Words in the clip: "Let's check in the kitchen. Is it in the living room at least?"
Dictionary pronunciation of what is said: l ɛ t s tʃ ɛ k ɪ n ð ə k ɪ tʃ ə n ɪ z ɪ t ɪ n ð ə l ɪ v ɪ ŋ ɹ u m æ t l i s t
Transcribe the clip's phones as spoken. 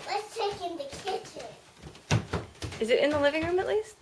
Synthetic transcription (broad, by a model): l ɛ t s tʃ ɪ k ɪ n ð ə k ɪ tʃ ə ɪ z ɪ t ɪ n ð ə l ɪ v ɪ ŋ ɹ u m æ t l i s t